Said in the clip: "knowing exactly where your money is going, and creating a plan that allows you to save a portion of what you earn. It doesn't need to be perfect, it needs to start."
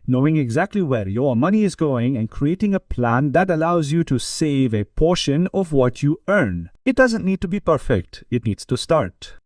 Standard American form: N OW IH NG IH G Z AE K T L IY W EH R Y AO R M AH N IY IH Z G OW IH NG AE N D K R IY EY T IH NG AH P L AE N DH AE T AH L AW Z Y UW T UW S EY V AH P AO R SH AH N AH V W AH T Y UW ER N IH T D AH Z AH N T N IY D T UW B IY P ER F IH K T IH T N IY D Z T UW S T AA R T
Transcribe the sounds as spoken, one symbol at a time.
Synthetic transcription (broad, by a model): N OW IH NG IH G Z AE K T L IY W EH R Y AO R M AH N IY IH Z G OW IH NG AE N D K R IY EY T IH NG AH P L AE N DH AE T AH L AW Z Y UW T UW S EY V AH P AO R SH AH N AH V W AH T Y UW ER N IH T D AH Z AH N T N IY D T UW B IY P ER F IH K T IH T N IY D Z T UW S T AA R T